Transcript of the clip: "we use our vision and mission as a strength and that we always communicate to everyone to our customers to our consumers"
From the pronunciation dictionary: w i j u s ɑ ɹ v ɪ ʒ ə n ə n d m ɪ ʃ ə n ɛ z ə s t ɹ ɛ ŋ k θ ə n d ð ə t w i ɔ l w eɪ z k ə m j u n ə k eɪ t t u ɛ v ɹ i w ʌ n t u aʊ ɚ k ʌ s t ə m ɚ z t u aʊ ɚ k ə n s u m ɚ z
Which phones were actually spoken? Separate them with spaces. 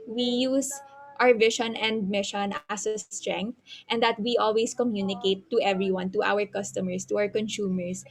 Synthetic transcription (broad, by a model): w i j u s ɑ ɹ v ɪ ʃ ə n ə n d m ɪ ʃ ə n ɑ s ə s t ɹ ɛ ŋ k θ ə n d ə t w i ɔ l w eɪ s k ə m j u n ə k eɪ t t u ɛ v ɹ i w ʌ n t u aʊ ɚ k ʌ s t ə m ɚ s t u aʊ ɚ k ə n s u m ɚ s